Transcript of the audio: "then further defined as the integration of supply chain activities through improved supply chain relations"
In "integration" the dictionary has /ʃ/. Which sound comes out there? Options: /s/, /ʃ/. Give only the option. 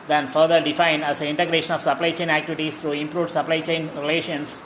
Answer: /ʃ/